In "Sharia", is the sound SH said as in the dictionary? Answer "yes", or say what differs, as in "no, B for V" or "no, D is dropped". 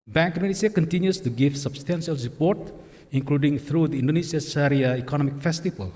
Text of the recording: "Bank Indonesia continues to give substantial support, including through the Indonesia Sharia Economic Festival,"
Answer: no, S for SH